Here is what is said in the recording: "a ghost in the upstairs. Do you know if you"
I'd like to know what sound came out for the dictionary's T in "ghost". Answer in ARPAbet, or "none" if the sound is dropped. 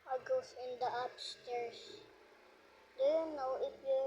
none